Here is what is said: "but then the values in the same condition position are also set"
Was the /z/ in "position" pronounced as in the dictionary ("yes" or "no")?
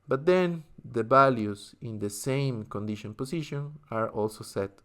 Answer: no